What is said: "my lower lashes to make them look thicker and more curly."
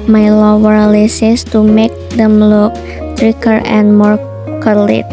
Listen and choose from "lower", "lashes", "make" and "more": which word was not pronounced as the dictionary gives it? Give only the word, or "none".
lashes